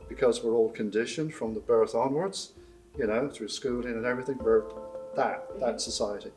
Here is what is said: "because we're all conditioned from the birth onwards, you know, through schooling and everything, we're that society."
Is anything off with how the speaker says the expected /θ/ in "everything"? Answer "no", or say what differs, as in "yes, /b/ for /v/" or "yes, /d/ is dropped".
no